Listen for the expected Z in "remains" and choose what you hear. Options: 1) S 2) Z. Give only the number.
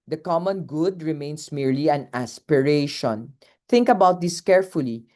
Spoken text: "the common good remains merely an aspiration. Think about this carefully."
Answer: 1